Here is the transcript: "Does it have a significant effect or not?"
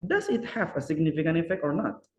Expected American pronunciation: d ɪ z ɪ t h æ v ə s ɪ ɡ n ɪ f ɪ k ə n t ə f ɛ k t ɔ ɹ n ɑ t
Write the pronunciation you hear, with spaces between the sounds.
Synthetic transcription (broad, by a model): d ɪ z ɪ t h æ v ə s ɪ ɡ n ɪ f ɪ k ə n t ə f ɛ k t ɔ ɹ n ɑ t